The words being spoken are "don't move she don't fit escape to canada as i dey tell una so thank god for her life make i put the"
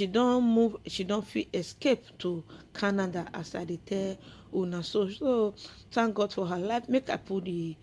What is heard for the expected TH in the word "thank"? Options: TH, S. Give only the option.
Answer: S